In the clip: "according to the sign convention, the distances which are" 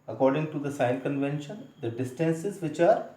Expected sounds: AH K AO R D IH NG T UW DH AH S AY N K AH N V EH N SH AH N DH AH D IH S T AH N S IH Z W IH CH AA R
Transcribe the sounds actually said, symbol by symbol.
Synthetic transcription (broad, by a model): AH K AO R D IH NG T UW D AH S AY L K AH N V EH N SH AH N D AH D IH S T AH N S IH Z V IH CH AA R